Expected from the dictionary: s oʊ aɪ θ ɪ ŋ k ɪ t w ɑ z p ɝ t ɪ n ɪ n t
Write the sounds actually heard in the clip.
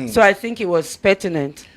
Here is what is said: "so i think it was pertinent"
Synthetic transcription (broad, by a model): s oʊ aɪ θ ɪ ŋ k ɪ t w ɑ z p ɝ t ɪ n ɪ n t